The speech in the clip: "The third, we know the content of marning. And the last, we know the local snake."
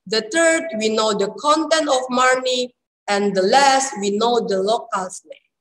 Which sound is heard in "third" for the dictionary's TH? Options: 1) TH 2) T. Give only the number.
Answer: 2